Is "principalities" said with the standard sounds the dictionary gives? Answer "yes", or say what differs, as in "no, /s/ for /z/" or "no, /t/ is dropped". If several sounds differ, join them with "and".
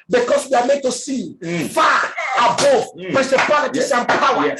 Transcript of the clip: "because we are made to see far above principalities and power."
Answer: no, /n/ is dropped and /s/ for /z/